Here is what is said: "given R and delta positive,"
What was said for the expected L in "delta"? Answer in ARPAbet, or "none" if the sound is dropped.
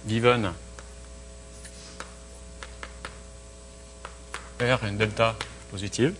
L